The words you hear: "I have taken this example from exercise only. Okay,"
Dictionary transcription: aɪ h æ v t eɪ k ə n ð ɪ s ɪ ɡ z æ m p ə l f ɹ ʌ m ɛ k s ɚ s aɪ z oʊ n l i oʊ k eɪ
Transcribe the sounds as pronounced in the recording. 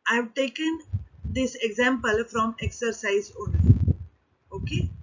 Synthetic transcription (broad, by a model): aɪ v t eɪ k ə n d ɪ s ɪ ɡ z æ m p ə l f ɹ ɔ m ɛ k s ɚ s aɪ z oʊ n i oʊ k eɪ